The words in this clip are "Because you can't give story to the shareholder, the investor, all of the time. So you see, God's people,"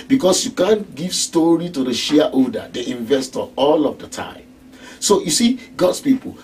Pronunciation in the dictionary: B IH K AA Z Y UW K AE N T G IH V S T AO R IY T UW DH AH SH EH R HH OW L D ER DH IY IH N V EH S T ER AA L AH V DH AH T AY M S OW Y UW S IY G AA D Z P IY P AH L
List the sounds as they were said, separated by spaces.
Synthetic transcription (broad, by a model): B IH K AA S Y UW K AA N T G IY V S T AO R IY T UW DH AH SH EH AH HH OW D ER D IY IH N V EH S T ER AA L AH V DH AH T AY M S OW Y UW S IY G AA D S P IY P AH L